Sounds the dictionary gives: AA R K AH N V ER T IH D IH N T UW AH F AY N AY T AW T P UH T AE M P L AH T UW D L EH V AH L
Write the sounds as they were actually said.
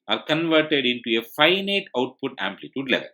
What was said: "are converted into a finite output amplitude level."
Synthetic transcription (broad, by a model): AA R K AH N V ER T IH D IH N T UW AH F AY N AY T AW T P UH T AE M P L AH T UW D L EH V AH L